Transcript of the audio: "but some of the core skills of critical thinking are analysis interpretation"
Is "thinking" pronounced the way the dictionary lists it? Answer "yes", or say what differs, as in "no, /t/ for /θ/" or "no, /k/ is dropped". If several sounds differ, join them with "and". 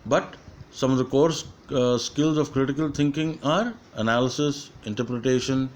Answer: no, /t/ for /θ/